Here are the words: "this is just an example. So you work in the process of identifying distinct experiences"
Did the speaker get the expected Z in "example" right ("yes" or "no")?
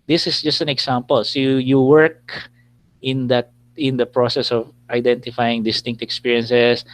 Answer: no